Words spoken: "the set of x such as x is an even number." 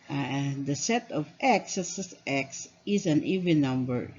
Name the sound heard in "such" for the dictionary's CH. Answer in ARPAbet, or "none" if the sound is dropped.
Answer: S